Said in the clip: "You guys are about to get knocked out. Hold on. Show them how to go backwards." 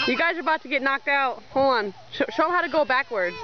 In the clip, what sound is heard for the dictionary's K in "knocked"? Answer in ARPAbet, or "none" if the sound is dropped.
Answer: K